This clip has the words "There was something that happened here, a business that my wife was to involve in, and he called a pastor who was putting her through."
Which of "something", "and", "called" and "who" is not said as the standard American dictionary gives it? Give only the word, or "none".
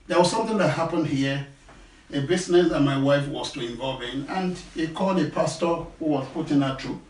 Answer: none